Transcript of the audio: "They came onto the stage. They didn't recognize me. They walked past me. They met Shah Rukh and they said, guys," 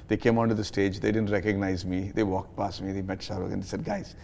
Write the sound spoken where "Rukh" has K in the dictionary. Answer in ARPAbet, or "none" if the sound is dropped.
none